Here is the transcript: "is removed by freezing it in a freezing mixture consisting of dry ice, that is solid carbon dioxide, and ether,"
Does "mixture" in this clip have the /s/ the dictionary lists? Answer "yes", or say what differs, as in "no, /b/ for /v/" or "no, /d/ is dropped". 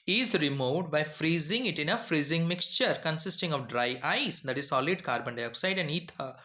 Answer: yes